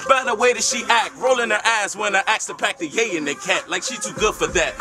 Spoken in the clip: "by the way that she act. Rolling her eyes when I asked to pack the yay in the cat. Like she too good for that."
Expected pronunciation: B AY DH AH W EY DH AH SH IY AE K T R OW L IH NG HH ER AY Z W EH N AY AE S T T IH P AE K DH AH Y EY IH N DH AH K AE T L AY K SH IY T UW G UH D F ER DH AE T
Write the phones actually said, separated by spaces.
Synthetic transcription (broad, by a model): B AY DH AH W EY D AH SH IY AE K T R OW L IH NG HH ER AY Z W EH N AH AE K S T IH P AE K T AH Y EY IH N DH AH K AE T L AY K SH IY T UW G UH D F ER DH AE T